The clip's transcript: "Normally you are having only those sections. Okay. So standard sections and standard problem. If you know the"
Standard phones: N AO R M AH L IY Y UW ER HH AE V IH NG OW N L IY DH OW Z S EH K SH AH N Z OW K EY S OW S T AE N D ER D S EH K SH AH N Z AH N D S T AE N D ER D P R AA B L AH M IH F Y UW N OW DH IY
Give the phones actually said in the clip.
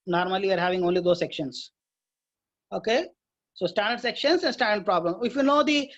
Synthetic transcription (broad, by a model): N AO R M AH L IY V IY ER HH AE V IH NG OW N L IY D OW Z S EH K SH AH N S OW K EY S OW S T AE N D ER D S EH K SH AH N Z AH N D S T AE N D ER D P R AA B L AH M IH F Y UW N OW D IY